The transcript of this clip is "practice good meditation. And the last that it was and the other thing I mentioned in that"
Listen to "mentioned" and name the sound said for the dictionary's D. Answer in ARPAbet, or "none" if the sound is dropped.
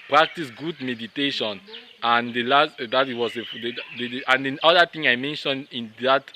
D